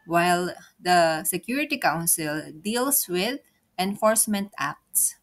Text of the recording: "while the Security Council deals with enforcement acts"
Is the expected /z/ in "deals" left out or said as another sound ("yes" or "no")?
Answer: yes